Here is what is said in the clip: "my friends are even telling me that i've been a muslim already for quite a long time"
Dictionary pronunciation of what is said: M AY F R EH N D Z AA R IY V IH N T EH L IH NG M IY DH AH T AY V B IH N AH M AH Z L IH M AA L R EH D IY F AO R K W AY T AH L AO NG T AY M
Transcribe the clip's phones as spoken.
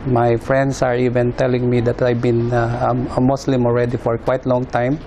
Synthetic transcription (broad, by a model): M AY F R EH N D S AA R IY V IH N T EH L IH NG M IY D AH T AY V B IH N AH M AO S L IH M AA L R EH D IY F AO R K W AY T L AO NG T AY M